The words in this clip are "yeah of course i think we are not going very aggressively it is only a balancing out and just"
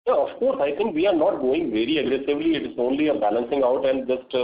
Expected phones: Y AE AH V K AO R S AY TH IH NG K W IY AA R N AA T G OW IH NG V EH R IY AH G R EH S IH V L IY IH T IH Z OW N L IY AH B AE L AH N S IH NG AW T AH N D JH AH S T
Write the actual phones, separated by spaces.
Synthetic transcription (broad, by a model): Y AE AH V K AO R S AY T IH NG K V IY AA R N AA T G OW IH NG V EH R IY AH G R EH S IH V L IY IH T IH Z OW N L IY AH B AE L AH N S IH NG AW T AH N D JH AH S T